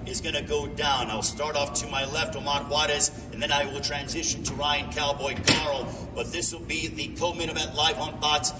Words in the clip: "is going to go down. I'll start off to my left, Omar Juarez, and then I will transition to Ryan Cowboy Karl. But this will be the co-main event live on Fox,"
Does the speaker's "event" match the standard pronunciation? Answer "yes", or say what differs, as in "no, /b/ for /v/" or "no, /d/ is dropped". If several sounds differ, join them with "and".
no, /n/ is dropped